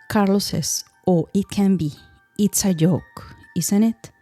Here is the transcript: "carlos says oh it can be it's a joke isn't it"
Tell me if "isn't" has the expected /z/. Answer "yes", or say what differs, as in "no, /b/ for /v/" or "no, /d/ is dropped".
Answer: no, /s/ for /z/